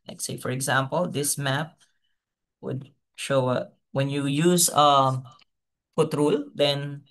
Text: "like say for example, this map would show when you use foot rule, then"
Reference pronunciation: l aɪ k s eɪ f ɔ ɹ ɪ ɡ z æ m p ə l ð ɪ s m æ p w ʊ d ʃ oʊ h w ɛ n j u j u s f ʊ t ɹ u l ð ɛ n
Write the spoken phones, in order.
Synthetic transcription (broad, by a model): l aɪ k s eɪ f ɔ ɹ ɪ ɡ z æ m p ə l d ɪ s m æ p w ʊ d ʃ oʊ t w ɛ n j u j u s p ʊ t ɹ u l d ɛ n